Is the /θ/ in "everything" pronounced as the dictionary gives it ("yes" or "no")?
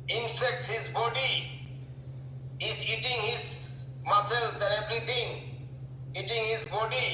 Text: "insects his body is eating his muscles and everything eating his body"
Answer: no